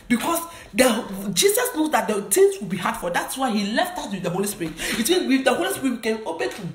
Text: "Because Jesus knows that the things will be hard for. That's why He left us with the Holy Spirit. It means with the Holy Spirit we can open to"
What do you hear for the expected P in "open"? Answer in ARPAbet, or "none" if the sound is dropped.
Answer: B